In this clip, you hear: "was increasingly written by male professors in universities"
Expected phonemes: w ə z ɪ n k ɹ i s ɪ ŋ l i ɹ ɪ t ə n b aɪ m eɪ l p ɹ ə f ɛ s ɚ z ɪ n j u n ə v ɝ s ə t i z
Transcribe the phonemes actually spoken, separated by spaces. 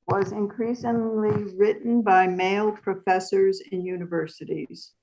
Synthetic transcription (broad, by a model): w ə z ɪ n k ɹ i s ɪ ŋ l i ɹ ɪ t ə n b aɪ m eɪ l p ɹ ə f ɛ s ɚ z ɪ n j u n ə v ɝ s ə t i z